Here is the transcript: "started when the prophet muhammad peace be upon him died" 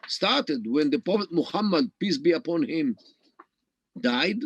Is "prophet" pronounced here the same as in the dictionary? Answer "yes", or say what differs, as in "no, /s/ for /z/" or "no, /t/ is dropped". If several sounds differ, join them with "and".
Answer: no, /ɹ/ is dropped